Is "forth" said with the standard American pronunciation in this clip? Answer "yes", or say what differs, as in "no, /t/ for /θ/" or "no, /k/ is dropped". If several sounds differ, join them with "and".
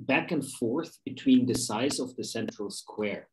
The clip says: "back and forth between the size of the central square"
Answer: yes